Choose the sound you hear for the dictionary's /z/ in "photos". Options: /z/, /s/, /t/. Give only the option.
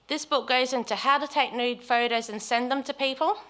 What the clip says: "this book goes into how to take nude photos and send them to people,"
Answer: /z/